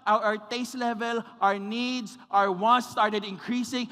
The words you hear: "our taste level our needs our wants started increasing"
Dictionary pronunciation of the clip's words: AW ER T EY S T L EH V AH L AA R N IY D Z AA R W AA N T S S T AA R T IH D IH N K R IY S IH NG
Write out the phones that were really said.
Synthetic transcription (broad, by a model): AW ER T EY S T L EH V AH L AA R N IY D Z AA R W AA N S S T AA R T IH D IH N K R IY S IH NG